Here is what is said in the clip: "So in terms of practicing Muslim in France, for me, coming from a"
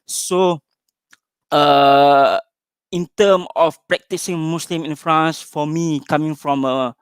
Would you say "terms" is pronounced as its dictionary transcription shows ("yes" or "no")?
no